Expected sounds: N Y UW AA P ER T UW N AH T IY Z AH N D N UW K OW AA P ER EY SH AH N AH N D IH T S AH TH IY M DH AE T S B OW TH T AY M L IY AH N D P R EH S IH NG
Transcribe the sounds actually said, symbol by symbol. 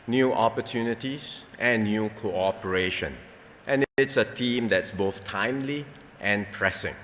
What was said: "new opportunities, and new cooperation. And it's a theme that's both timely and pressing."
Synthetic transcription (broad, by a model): N Y UW AA P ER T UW N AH T IY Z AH N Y UW K OW AA P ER EY SH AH N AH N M IH T S AH T IY M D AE T S B OW TH T AY M L IY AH N P R EH S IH NG